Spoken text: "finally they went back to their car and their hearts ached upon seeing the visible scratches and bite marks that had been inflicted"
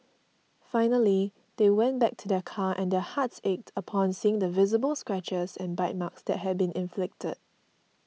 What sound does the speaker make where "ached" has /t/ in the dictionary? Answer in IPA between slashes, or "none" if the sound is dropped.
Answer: /t/